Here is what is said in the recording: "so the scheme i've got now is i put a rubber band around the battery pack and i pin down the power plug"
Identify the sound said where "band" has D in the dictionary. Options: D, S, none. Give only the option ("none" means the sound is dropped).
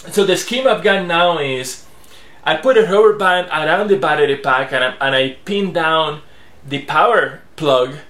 none